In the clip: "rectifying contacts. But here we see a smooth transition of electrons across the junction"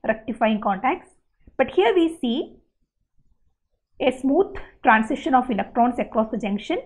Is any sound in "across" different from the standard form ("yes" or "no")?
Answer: no